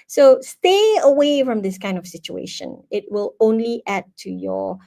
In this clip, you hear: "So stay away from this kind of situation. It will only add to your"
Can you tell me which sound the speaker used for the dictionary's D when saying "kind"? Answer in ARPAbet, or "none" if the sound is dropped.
D